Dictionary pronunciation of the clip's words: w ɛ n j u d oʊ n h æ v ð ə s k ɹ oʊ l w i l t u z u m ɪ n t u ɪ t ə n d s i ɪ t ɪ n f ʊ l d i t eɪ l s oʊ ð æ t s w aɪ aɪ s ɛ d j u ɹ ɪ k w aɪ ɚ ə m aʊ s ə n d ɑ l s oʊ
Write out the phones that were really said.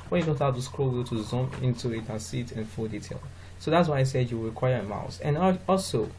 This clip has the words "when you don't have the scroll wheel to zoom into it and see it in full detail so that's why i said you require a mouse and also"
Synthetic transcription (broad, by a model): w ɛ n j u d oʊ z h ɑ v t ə s k ɹ oʊ l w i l t u z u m ɪ n t u ɪ t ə n s i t ɪ n f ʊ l d i t eɪ l s oʊ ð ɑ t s w aɪ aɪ s ɛ d j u ɹ ɪ k w aɪ ɚ ə m aʊ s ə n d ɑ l s oʊ